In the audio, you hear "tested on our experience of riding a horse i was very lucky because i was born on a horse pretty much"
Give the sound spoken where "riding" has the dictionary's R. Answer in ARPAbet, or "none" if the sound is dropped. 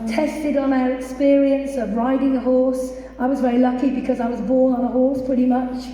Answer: R